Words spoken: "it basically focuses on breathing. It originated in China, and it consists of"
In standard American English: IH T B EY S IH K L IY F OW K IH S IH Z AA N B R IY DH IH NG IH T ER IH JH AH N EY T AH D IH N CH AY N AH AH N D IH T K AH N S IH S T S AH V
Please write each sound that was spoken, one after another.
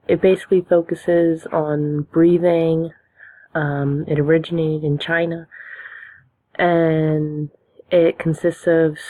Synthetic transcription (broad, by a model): IH T B EY S IH K L IY F OW K IH S IH Z N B R IY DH IH NG IH T ER IH JH AH N EY T AH D IH N CH AY N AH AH N IH T K N S IH S T S AH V